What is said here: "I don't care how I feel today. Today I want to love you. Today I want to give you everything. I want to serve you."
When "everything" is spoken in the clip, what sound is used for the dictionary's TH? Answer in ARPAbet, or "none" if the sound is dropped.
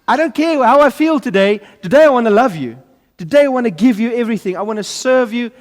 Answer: TH